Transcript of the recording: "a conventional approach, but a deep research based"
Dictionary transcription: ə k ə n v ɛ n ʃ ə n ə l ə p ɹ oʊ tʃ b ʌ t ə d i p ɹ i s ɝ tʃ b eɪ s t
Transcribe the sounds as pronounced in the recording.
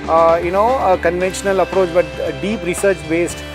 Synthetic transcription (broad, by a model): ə k ə n v ɛ n ʃ ə n ə l ə p ɹ oʊ tʃ b ʌ t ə d i p ɹ i s ɝ tʃ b eɪ s t